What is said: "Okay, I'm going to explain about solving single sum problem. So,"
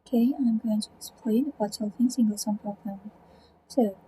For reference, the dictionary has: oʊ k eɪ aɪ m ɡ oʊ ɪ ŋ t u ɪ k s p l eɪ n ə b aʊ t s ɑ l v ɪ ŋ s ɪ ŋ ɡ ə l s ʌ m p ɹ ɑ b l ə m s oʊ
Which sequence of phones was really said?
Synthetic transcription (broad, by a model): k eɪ aɪ m ɡ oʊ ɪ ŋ t u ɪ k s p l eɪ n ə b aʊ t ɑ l f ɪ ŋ s ɪ ŋ ɡ ə l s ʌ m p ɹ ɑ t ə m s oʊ